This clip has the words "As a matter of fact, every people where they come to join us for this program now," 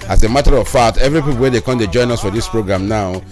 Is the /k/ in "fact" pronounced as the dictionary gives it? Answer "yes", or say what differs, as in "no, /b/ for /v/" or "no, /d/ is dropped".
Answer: no, /k/ is dropped